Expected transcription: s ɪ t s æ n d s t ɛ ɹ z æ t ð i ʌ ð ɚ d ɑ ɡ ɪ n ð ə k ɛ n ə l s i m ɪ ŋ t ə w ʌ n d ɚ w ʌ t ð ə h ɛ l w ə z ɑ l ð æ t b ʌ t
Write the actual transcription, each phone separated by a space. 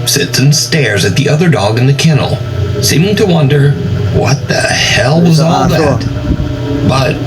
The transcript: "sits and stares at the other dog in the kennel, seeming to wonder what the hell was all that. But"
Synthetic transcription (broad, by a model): s ɪ t s n s t ɛ ɹ z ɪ t ð i ʌ ð ɚ d ɑ ɡ ɪ n ð ə k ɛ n l s i m ɪ ŋ t ə w ʌ n d ɚ w ʌ t ð ə h ɛ l w ə z ɑ l ð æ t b ʌ t